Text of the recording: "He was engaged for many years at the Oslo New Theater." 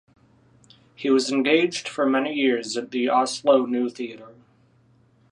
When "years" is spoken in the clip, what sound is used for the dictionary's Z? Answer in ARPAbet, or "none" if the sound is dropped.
Z